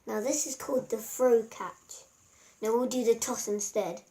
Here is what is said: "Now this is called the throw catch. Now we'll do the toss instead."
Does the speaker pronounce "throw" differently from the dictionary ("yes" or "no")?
yes